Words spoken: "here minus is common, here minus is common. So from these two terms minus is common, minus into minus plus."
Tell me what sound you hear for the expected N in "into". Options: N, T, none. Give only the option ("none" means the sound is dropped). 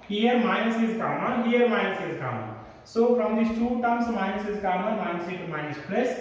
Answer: none